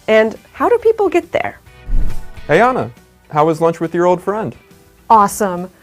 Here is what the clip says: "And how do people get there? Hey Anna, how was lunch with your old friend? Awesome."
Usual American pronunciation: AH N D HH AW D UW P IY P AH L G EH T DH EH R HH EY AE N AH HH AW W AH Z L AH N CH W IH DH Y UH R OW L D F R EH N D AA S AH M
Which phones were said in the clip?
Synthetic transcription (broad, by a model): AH N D HH AW D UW P IY P L G EH T DH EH R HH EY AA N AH HH AW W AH Z L AH N CH W IH DH Y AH R OW L D F R EH N D AA S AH M